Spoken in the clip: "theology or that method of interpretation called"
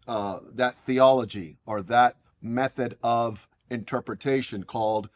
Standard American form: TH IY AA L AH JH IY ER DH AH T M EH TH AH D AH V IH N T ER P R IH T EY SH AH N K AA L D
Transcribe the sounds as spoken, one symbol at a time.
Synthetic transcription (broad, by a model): TH IY AA L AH JH IY ER DH AH T M EH TH AH D AH V IH N T ER P R IH T EY SH AH N K AA L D